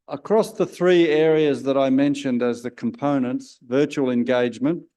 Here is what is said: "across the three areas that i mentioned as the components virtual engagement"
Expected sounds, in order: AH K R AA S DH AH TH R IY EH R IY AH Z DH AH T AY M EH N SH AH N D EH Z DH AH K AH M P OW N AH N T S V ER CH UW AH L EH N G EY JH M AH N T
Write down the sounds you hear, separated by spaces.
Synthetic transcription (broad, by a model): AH K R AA S DH AH TH R IY EH R IY AH Z DH AH T AY M EH N SH AH N D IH Z DH AH K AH M P OW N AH N T S V ER CH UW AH L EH N G EY JH M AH N T